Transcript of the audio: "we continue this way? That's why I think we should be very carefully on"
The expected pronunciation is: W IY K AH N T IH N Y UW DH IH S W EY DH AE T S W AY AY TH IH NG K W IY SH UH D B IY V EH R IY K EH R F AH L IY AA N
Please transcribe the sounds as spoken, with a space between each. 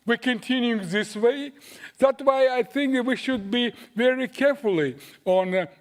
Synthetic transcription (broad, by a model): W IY K AH N T IH N Y UW DH IH S W EY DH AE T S W AY AY TH IH NG K W IY SH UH D B IY V EH R IY K EH R F AH L IY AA N